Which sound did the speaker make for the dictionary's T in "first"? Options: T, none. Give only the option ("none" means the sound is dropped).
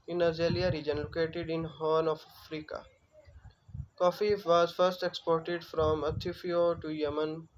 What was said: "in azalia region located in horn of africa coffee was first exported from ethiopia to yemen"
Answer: T